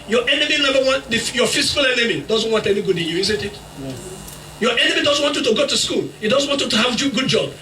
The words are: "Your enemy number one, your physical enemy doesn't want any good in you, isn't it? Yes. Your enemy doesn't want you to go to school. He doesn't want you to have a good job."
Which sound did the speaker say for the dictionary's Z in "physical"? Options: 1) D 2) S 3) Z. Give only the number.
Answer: 2